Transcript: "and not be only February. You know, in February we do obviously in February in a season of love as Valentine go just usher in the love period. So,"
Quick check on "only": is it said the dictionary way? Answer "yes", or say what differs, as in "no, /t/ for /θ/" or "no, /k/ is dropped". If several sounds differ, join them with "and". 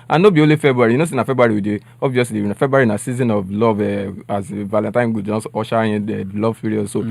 no, /n/ is dropped